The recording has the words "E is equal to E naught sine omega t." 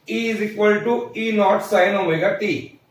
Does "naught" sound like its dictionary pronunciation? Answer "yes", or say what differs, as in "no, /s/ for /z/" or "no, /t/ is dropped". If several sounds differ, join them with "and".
yes